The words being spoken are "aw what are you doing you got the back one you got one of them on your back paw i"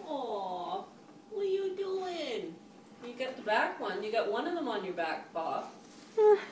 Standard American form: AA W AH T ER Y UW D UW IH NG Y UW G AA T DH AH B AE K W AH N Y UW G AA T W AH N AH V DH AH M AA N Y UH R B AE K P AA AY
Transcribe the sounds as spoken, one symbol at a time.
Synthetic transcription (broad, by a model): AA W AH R Y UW D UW IH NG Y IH G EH T DH AH B AE K W AH N Y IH G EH T W AH N AH V DH AH M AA N Y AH R B AE K B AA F